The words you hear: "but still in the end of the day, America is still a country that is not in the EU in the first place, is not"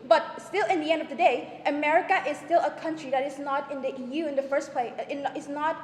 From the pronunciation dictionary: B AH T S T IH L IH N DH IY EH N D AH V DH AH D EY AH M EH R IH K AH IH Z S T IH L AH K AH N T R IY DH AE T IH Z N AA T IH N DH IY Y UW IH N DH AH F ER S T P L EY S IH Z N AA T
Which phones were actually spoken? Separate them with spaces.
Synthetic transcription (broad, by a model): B AH T S T IH L IH N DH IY EH N D AH V DH AH D EY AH M EH R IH K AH IH Z S T IH L AH K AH N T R IY DH AE T IH Z N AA T IH N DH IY Y UW IH N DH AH F ER S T P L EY IH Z N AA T